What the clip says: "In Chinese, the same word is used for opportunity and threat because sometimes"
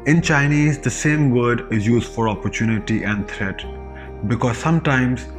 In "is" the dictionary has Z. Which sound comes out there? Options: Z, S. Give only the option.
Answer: Z